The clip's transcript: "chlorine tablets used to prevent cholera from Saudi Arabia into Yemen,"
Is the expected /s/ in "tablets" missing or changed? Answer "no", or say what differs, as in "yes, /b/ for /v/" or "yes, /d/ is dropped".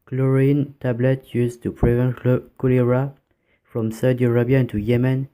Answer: yes, /s/ is dropped